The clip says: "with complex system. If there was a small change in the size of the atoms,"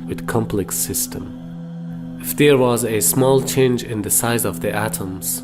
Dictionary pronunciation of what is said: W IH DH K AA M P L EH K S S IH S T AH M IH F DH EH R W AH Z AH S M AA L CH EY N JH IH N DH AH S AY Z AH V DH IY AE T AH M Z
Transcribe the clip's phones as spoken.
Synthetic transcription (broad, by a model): W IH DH K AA M P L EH K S S IH S T AH M IH F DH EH R W AH Z AH S M AA L CH EY N JH IH N DH AH S AY Z AH V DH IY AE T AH M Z